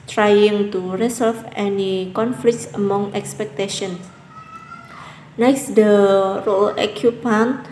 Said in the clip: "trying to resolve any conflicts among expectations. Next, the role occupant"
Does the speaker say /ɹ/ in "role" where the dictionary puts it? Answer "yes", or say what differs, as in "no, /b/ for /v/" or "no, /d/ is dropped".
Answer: yes